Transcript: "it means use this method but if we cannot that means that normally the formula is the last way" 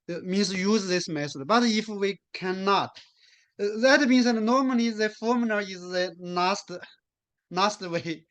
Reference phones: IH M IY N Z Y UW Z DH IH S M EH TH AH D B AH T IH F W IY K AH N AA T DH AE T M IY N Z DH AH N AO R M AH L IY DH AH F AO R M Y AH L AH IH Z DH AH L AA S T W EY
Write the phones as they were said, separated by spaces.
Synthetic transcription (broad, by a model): M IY N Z Y UW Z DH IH S M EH S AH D B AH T IH F W IY K AH N AA T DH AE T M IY N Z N N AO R M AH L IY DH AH F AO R M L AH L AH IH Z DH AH N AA S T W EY